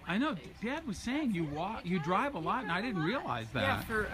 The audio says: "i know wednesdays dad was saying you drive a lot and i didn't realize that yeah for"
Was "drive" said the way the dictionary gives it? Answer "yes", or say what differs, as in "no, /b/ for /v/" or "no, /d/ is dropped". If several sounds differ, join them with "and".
yes